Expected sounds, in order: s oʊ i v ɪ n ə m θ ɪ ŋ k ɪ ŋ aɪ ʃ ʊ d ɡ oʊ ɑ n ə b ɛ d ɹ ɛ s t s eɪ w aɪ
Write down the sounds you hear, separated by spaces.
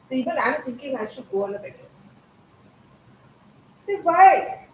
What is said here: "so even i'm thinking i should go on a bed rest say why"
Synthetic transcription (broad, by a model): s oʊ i b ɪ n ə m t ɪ ŋ k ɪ ŋ aɪ ʃ ʊ d ɡ oʊ ɑ n ə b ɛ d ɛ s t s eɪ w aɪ